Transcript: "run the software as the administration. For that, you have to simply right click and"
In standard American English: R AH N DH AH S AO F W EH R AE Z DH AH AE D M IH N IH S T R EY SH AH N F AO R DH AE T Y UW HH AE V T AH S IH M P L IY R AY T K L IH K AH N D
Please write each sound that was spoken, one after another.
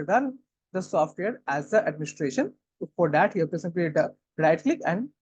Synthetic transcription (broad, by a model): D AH N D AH S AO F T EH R AE Z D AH AE D M IH N IH S T R EY SH AH N F AO R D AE T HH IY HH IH P T AH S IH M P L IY R AY T K L IH K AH N D